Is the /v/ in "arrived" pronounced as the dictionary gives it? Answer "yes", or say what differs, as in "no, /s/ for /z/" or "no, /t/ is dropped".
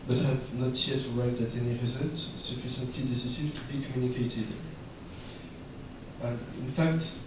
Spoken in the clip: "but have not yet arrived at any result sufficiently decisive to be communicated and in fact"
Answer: no, /v/ is dropped